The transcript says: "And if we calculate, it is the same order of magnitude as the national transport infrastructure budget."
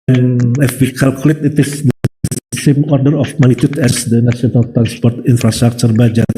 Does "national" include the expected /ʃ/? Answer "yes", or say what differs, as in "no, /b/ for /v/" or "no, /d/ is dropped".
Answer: no, /s/ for /ʃ/